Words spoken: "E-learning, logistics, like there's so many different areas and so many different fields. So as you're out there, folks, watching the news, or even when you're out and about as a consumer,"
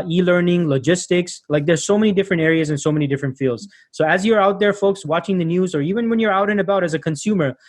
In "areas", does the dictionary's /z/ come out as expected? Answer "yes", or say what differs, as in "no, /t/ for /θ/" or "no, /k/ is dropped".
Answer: yes